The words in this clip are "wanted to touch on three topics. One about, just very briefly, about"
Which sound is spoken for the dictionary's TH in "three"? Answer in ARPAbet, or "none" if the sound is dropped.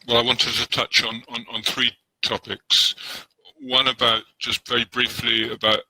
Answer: TH